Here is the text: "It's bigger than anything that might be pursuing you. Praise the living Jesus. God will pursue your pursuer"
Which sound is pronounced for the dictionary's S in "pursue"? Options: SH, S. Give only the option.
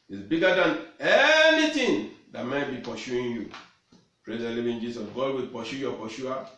SH